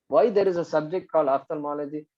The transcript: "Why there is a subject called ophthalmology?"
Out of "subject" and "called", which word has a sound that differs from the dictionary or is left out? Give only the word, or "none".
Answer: called